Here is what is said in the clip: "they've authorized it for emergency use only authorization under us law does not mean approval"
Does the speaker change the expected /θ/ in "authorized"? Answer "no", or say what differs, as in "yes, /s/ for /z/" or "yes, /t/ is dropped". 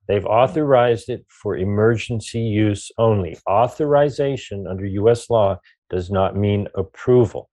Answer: no